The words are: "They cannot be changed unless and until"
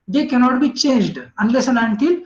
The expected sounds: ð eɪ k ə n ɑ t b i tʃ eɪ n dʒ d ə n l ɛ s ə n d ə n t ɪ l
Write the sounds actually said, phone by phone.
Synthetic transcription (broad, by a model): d eɪ k ə n ɑ t b i tʃ eɪ n dʒ d ə n l ɛ s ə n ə n t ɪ l